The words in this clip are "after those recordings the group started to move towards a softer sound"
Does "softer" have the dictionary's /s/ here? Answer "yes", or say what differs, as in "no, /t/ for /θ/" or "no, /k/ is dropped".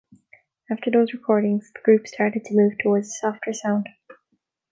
yes